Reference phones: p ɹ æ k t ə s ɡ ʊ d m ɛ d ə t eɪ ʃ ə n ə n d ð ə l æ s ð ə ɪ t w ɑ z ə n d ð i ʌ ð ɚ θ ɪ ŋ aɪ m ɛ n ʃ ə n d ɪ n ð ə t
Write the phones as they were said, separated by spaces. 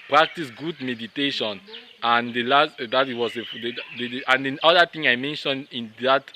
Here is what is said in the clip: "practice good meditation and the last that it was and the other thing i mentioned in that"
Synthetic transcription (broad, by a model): p ɹ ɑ k t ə s ɡ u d m ɛ d ə t eɪ ʃ ə n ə n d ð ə l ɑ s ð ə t w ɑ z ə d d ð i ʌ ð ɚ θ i ŋ aɪ m ɛ n ʃ ə n d ɪ n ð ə t